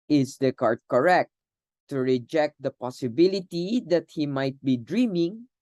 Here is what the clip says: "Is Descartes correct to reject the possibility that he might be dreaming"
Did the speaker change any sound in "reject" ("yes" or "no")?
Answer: no